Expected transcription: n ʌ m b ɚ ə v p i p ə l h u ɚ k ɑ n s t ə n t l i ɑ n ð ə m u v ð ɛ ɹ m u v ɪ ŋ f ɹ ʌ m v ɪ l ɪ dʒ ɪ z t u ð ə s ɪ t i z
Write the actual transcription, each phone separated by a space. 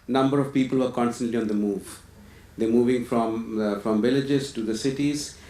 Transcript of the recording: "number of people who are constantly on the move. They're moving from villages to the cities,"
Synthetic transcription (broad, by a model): n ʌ m b ɚ ə v p i p ə l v ɚ k ɑ n s t ə n t l i ɑ n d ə m u v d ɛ m u v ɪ ŋ f ɹ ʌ m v ɪ l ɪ dʒ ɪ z t u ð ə s ɪ t i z